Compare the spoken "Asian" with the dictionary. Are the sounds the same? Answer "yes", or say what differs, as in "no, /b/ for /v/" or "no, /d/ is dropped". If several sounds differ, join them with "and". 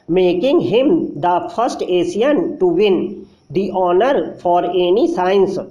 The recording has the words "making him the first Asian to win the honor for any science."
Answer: no, /s/ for /ʒ/